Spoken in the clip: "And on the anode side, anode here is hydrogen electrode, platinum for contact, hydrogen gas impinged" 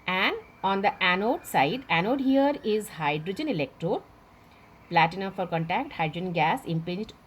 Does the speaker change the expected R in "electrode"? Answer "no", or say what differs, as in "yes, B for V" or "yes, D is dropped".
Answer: no